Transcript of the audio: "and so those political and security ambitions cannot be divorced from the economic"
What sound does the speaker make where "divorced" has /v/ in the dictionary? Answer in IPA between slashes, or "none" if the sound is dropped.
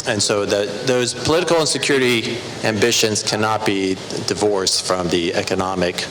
/v/